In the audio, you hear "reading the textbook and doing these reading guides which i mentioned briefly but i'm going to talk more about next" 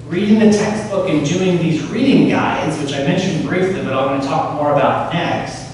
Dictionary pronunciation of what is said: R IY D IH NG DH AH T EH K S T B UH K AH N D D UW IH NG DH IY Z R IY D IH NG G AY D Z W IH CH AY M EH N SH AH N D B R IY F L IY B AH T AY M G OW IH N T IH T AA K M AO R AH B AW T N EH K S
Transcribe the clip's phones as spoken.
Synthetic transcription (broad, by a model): R IY D IH NG DH AH T EH K S T B UH K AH N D D UW IH NG DH IY Z R IY D IH NG G AY D Z W IH CH AY M EH N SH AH N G R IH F L IY B AH T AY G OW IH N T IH T AA K M AO R AH B AW T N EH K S